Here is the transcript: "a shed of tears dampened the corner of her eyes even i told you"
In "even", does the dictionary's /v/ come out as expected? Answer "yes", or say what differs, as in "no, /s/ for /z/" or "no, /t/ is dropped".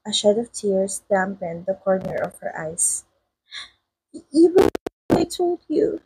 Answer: no, /w/ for /v/